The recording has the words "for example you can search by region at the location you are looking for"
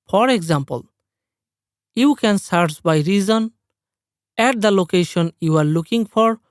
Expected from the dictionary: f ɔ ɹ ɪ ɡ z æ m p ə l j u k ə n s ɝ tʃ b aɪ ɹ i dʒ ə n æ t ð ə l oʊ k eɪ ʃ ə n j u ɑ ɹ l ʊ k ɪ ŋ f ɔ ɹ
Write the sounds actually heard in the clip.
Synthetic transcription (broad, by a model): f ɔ ɹ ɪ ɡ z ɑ m p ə l j u k ə n s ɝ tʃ b aɪ ɹ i z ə n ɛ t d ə l oʊ k eɪ ʃ ə n j u ɑ ɹ l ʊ k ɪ ŋ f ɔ ɹ